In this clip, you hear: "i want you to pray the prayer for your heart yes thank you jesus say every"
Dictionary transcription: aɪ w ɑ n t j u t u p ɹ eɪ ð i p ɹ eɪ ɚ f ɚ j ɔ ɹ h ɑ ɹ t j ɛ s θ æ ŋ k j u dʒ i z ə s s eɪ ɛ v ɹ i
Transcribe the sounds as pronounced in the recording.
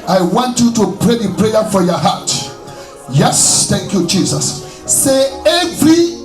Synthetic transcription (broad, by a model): aɪ w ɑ n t j u t u p ɹ eɪ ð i p ɹ eɪ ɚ f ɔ j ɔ h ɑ t j ɛ s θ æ ŋ k j u dʒ i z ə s s eɪ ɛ v ɹ i